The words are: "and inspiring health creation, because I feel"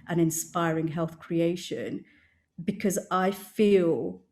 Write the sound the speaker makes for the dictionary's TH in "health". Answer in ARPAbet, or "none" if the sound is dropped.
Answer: TH